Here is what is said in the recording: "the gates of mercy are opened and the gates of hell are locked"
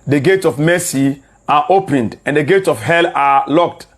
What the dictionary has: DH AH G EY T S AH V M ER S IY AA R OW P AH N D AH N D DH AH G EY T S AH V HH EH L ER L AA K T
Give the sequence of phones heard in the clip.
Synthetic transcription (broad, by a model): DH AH G EY T S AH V M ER S IY AA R OW P AH N D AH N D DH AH G EY T S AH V HH EH L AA L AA K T